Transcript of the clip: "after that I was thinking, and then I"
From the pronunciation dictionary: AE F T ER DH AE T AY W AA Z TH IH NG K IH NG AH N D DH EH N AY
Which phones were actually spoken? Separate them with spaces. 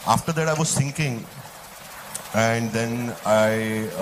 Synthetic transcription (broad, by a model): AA F T ER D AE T AY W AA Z S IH NG K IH NG AH N D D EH N AY